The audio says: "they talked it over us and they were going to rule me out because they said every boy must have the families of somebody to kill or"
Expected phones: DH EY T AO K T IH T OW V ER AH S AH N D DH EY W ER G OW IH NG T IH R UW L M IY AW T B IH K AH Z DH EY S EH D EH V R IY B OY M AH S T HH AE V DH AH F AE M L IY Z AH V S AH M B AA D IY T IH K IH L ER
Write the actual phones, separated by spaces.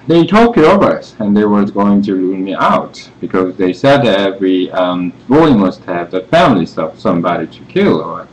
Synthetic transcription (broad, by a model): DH EY T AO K IH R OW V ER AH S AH N DH EY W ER G OW IH NG T IH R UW N M IY AW T B IH K AH Z DH EY S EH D EH V R IY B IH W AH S T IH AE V DH AH F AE M L IY S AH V S AH M B AA D IY T IH K IH L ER